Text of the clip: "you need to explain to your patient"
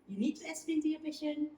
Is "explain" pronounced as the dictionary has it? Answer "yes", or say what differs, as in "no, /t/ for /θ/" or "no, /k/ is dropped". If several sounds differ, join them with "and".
no, /k/ is dropped